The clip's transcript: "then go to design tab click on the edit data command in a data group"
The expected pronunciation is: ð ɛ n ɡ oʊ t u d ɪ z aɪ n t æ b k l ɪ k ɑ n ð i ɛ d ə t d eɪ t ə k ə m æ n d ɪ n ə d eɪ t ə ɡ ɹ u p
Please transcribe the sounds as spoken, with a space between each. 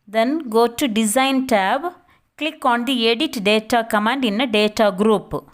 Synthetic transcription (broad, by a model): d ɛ n ɡ oʊ t u d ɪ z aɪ n t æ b k l ɪ k ɑ n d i ɛ d ə t d eɪ t ə k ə m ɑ n d ɪ n ə d eɪ t ə ɡ ɹ u p